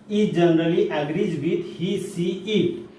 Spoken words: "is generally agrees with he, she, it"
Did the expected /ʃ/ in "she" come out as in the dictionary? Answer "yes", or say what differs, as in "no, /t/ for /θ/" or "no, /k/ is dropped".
no, /s/ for /ʃ/